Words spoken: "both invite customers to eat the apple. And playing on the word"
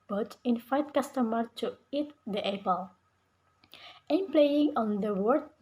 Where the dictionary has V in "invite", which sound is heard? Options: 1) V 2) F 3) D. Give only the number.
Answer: 2